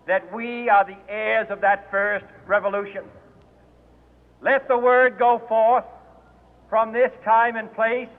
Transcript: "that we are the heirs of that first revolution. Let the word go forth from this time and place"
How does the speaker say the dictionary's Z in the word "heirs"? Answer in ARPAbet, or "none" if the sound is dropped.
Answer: Z